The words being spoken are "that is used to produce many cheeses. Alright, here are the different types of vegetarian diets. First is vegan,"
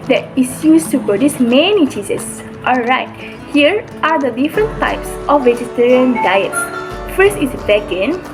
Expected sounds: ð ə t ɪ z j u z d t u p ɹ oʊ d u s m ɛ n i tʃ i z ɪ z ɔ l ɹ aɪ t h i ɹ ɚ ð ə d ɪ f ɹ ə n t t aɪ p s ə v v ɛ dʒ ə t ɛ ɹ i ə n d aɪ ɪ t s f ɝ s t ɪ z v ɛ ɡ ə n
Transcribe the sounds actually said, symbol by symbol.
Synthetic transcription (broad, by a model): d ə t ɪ s j u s t u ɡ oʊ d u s m ɛ n i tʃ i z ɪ s ɔ l ɹ aɪ t h i ɹ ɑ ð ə d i f ɹ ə n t t aɪ p s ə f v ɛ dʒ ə t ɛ ɹ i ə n d aɪ ɪ t s f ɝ s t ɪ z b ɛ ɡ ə n